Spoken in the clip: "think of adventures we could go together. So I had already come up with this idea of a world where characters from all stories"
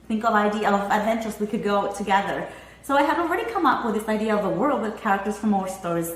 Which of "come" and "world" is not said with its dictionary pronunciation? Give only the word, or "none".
none